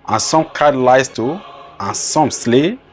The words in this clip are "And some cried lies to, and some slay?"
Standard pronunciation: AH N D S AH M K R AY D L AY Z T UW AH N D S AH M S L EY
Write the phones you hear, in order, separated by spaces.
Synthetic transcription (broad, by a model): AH N S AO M K AY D L AY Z T UW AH N S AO M S L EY